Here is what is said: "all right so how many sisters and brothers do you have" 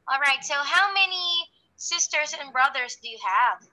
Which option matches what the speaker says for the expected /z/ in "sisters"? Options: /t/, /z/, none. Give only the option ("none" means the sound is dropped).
/z/